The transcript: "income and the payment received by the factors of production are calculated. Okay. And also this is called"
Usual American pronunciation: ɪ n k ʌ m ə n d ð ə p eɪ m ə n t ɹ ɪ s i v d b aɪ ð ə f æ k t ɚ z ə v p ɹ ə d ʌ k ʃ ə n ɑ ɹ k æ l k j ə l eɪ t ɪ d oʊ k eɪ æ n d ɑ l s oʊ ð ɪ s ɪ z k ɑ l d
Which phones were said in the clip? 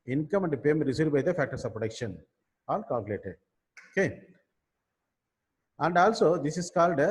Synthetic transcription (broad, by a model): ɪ n k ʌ m ə n d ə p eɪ m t ɹ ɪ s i d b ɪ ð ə f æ k t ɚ s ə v p ɹ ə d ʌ k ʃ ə n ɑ l k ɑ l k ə l eɪ t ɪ d oʊ k eɪ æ n d ɑ l s oʊ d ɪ s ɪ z k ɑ l d